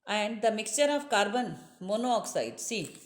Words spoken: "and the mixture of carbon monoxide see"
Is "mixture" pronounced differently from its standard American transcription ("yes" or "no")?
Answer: no